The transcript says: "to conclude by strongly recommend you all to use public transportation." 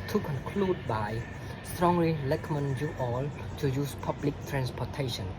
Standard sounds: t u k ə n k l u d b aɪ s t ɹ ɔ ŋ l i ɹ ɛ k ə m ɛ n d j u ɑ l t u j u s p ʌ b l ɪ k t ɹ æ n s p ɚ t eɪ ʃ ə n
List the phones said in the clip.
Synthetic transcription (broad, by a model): t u k ə n k l u d b aɪ s t ɹ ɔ ŋ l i l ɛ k m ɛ n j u ɑ l t u j u s p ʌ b l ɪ k t ɹ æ n s p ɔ t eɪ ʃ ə n